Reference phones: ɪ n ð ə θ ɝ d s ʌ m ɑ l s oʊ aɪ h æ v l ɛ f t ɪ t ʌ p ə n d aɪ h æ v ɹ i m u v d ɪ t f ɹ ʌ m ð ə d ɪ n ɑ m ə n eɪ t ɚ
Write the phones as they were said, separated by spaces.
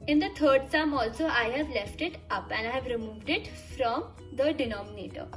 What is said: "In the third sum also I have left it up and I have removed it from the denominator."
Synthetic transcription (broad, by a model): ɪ n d ə t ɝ d s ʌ m ɑ l s oʊ aɪ h æ v l ɛ f t ɪ t ʌ p ə n d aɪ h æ v ɹ i m u v d ɪ t f ɹ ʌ m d ə d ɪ n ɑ m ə n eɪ t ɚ